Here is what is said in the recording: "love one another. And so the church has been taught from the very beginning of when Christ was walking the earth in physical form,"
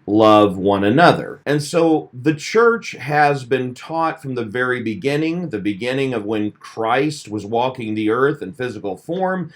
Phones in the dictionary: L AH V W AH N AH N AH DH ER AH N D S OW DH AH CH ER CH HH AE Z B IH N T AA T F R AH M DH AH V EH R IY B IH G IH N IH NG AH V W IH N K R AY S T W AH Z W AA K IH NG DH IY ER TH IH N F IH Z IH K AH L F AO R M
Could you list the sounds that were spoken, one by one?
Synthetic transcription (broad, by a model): L AH V W AH N AH N AH DH ER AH N S OW DH AH CH ER CH HH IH Z B IH N T AA T F R AH M DH AH V EH R IY B IH G IH N IH NG AH V W IH N K R AY S T W AH Z W AA K IH NG DH IY ER TH IH N F IH Z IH K L F AO R M